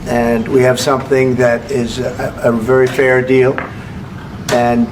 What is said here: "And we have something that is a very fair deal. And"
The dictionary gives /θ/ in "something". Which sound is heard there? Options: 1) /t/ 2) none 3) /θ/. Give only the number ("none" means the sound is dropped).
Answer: 3